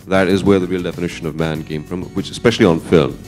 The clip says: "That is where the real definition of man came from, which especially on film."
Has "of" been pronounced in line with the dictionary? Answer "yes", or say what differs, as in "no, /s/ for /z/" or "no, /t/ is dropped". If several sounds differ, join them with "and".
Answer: yes